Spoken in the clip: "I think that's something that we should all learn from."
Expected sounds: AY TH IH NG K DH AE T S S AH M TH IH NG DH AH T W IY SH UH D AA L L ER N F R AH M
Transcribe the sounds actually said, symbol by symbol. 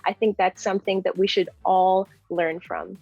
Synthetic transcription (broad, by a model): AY TH IH NG K DH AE T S S AH M TH IH NG DH AH T W IY SH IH D AA L L ER N F R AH M